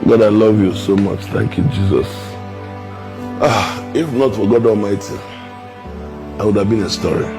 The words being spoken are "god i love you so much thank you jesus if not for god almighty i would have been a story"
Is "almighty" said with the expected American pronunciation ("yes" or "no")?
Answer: yes